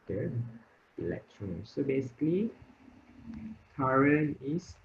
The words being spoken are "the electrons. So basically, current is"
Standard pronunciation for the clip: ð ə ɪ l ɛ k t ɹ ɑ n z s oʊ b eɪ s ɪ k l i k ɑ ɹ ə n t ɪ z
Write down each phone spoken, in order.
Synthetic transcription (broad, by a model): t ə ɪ l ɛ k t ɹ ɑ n s oʊ b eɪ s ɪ k l i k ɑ ɹ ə n ɪ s